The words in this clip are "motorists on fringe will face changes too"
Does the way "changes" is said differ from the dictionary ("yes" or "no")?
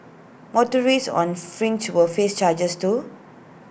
yes